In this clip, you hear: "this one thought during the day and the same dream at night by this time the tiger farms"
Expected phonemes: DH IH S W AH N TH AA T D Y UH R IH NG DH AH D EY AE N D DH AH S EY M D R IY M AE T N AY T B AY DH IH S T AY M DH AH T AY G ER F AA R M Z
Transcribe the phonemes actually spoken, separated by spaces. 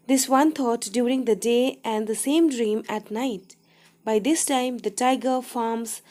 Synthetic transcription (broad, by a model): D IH S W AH N T AA T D Y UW R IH NG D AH D EY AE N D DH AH S EY M D R IY M AE T N AY T B AY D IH S T AY M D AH T AY G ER F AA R M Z